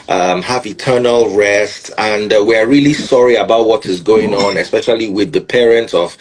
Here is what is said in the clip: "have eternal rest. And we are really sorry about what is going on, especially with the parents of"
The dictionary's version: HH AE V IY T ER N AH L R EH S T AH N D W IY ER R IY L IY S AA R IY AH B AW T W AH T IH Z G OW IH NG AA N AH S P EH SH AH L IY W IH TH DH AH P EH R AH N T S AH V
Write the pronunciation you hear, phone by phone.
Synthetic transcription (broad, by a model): HH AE V IY T ER N AH L R EH S T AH N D W IY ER R IY L IY S AA R IY AH B AW T W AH T IH Z G OW IH NG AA N AH S P EH SH AH L IY W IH DH AH P EH R AH N T S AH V